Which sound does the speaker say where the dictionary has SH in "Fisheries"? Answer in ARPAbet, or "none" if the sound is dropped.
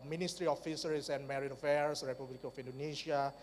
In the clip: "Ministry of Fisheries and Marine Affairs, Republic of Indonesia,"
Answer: S